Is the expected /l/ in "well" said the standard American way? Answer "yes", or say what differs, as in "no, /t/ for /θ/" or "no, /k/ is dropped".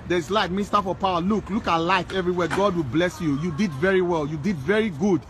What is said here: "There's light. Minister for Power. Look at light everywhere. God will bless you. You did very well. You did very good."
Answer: yes